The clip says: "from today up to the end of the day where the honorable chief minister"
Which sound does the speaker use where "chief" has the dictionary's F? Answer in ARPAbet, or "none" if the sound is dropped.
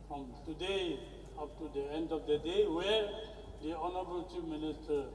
P